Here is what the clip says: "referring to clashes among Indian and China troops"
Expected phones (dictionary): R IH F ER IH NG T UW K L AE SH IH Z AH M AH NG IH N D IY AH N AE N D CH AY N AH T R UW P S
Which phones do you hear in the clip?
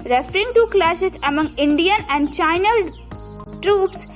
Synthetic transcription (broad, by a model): R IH F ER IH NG T UW K L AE S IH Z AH M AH NG IH N D IY AH N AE N D CH AY N AH T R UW P S